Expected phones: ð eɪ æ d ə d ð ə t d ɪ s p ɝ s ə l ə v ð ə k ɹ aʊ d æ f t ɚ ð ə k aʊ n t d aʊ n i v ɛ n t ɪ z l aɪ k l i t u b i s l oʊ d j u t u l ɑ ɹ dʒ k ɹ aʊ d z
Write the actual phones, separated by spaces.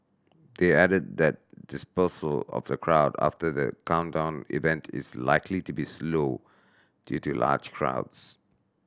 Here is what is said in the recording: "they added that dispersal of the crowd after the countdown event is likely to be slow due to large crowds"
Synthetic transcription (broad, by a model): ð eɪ æ d ə d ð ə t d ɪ s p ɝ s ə l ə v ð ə k ɹ aʊ d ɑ f t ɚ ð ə k aʊ n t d aʊ n i v ɛ n t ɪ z l aɪ k l i t u b i s l oʊ d j u t u l ɑ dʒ k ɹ aʊ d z